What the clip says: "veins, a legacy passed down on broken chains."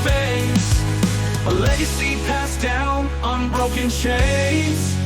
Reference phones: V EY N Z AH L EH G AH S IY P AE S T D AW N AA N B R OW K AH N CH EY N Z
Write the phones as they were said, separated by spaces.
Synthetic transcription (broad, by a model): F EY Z AH L EH G AH S IY P AE S D AW N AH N B R OW K AH N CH EY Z